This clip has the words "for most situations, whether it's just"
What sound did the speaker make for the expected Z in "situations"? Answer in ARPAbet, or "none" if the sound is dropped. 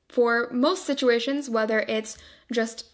Z